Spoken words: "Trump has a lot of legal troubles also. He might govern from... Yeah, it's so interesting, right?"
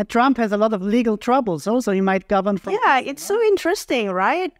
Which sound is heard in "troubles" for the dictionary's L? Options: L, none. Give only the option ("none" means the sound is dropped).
L